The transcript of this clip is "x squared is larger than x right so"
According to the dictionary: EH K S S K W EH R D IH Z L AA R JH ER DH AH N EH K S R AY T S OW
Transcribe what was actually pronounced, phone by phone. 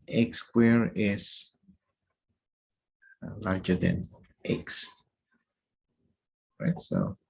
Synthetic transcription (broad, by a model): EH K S S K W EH R IH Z L AA R JH ER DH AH N EH K S R AY T S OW